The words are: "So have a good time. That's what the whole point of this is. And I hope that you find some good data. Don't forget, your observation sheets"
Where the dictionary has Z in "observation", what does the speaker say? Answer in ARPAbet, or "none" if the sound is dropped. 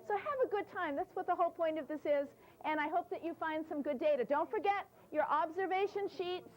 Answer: Z